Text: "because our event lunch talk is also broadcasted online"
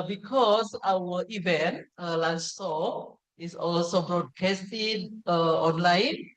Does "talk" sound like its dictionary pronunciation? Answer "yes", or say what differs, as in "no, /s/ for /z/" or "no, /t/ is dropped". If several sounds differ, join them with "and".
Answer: no, /k/ is dropped